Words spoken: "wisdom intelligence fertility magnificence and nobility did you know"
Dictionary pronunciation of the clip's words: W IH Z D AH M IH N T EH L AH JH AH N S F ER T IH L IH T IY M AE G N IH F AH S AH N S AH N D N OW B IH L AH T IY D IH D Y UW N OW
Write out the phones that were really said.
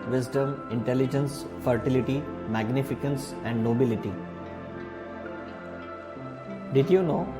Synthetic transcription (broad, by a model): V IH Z D AH M IH N T EH L AH JH AH N S F ER T IH L IH T IY M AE G N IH F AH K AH N S AH N D N OW B IH L AH T IY D IH D Y UW N OW